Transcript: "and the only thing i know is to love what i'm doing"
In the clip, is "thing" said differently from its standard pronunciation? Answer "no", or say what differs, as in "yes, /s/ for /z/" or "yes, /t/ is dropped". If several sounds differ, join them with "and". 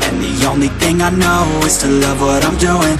no